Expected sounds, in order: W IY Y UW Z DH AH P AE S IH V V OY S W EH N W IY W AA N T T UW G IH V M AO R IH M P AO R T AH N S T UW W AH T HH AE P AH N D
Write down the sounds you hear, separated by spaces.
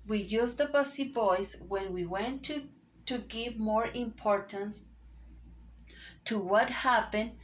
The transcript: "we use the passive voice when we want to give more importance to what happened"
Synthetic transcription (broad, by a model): W IY Y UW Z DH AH B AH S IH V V OY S W EH N W IY W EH N T T UW G IH V M AO R IH M P AO R T AH N S T UW W AH T HH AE P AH N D